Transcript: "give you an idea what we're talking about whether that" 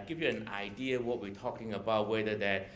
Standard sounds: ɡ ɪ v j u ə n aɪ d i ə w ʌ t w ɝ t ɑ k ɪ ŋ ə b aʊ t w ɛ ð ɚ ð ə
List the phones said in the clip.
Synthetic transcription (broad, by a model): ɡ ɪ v j u ə n aɪ d i ə w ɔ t w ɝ t ɑ k ɪ ŋ ə b aʊ t w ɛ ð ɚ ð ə